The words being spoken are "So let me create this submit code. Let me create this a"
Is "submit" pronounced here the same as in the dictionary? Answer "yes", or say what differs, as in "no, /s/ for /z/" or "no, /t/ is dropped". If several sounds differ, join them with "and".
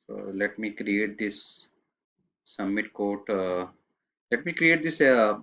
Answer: no, /b/ is dropped